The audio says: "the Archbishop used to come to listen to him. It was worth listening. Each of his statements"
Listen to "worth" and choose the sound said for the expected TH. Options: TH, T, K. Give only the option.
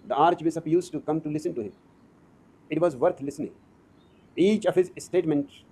T